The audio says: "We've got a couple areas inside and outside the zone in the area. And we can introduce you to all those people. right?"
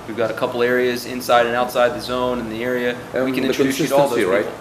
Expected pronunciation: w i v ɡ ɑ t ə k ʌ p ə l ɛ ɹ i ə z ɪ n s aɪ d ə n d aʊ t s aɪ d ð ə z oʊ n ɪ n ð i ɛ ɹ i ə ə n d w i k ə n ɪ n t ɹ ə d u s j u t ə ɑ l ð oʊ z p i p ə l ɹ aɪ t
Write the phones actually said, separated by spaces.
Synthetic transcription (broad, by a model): w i v ɡ ɑ t ə k ʌ p l ɛ ɹ i ə z ɪ n s aɪ d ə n aʊ t s aɪ d ð ə z oʊ n ɪ n ð i ɛ ɹ i ə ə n w i k ə n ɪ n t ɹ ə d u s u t ɑ l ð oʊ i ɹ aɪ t